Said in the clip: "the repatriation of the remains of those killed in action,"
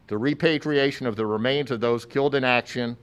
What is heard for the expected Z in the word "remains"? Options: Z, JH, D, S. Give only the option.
Z